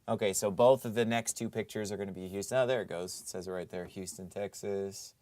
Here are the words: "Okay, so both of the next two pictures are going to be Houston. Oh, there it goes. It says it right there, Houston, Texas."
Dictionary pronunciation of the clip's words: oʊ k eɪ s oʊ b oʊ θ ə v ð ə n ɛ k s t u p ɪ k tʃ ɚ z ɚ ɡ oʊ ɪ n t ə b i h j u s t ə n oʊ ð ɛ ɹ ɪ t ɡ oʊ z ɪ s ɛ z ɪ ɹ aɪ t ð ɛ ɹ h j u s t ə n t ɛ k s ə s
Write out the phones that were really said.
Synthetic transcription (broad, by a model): oʊ k eɪ s oʊ b oʊ θ ə v ð ə n ɛ k s t u p ɪ k tʃ ɚ z ɚ ɡ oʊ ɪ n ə b i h j u s t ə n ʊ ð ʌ ɹ ɪ t ɡ oʊ z s ɛ z ɹ aɪ t ð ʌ ɹ h j u s t ə n t ɛ k s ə s